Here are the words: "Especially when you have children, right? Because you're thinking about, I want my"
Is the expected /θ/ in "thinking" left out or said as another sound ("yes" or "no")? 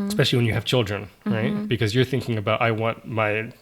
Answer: no